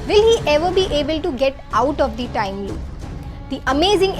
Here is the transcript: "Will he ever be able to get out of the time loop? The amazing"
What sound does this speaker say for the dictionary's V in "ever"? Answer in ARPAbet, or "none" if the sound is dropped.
V